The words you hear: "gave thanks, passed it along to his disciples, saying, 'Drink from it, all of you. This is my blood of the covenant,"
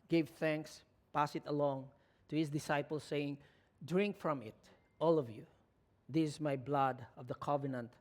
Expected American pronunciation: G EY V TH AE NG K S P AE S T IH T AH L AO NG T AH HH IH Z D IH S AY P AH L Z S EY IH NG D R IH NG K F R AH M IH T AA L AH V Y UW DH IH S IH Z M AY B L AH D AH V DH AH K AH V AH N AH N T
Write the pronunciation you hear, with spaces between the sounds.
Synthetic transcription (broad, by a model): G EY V TH AE NG K S P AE S IH T AH L AO NG T AH HH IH S D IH S AY P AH L S EY IH NG D R IH NG K F R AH M IH T AA L AH V Y UW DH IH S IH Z M AY B L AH D AH V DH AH K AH V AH N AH N T